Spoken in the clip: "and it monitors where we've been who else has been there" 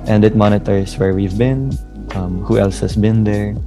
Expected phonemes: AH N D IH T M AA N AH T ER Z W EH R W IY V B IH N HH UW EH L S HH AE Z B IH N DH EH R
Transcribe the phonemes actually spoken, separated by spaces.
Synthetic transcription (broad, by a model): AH N D IH T M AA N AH T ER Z W EH R W IY V B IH N HH UW EH L S HH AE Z B IH N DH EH R